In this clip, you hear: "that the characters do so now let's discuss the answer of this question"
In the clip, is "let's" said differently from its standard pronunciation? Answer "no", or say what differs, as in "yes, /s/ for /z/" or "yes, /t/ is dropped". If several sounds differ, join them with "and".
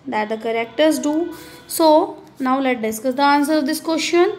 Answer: yes, /s/ is dropped